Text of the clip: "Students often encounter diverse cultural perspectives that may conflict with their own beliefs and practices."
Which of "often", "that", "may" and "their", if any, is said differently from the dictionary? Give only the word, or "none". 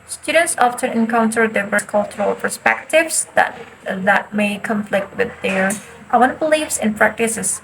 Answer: their